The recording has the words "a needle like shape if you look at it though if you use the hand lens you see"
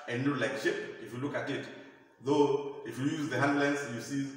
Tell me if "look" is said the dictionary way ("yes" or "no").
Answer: yes